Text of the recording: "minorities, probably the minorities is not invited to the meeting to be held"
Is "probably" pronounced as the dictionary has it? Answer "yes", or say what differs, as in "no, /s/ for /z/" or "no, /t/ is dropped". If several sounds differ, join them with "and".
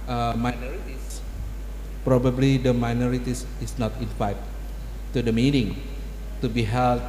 yes